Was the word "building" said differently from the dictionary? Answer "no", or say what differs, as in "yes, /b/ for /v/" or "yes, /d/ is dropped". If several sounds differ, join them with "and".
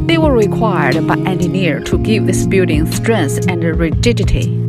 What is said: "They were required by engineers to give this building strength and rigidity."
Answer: yes, /l/ is dropped